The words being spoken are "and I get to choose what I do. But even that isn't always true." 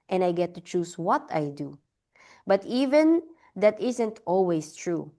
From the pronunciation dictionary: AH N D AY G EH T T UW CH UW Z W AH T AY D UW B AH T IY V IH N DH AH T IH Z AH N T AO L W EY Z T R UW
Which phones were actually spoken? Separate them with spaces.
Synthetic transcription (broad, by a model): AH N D AY G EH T T UW CH UW S W AH T AY D UW B AH T IY V IH N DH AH T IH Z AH N T AO L W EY S T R UW